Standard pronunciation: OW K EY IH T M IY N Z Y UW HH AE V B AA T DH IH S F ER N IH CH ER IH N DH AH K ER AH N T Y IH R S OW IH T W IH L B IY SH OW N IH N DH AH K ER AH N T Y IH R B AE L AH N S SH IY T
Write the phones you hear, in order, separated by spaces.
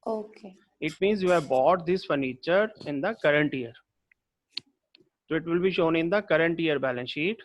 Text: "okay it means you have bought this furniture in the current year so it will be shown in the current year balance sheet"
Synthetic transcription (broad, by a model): OW K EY IH T M IY N Z Y UW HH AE V B AA T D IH S F ER N IH CH ER IH N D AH K ER AH N T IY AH R S OW IH T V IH L B IY SH OW N IH N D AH K ER AH N T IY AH R B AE L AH N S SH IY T